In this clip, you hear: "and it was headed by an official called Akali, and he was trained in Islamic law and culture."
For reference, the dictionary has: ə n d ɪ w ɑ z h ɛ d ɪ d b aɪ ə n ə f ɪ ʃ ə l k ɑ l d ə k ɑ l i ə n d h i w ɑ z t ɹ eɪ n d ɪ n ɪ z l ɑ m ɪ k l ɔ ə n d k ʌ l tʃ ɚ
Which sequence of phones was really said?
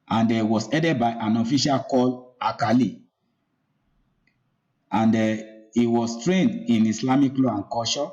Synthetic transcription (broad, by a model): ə n d ɪ w ɑ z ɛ d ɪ d b aɪ ə n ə f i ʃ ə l k ɑ l ə k ɑ l i ə n d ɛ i w ɑ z t ɹ eɪ n d ɪ n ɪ s l ɑ m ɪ k l ɔ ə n k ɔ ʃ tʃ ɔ